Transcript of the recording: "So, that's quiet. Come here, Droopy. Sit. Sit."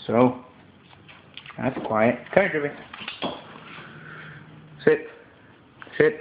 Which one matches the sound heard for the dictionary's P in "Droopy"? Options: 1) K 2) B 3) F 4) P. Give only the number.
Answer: 2